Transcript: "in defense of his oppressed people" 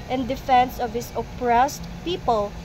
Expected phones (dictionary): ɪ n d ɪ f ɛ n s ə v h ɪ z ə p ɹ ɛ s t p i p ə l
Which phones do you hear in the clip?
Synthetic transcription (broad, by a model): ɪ n d ɪ f ɛ n s ə v h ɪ s ə p ɹ ɛ s t p i p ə l